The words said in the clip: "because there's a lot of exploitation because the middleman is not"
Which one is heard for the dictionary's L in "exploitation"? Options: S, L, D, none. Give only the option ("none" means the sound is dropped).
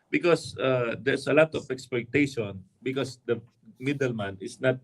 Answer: none